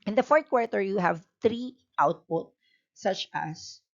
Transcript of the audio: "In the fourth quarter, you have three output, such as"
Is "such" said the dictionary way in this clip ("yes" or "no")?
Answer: yes